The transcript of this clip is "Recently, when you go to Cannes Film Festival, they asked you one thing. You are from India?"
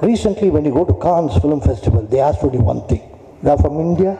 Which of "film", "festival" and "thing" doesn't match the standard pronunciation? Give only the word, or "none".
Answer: thing